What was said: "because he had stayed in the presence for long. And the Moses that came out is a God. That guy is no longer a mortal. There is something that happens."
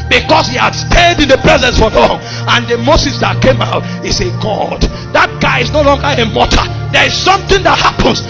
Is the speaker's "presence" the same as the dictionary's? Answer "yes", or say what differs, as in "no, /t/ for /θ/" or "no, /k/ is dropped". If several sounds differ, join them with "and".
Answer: yes